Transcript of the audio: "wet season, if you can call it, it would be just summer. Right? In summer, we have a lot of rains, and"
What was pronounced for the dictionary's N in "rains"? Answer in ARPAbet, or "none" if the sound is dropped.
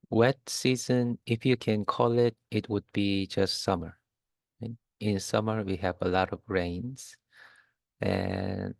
N